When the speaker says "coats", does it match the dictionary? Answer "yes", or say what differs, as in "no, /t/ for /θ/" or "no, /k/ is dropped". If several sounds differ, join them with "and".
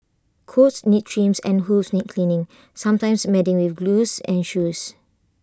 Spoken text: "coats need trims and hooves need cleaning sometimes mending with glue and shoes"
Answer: yes